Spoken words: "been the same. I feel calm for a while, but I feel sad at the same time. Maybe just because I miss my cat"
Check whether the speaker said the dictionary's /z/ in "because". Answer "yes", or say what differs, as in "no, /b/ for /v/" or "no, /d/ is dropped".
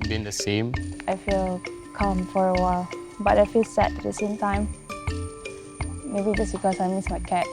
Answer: no, /s/ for /z/